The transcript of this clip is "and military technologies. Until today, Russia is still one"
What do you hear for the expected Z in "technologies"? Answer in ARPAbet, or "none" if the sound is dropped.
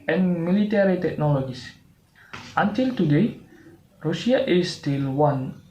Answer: S